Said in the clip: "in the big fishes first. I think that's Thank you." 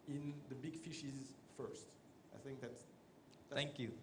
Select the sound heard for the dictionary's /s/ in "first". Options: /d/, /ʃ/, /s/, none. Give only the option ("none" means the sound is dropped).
/s/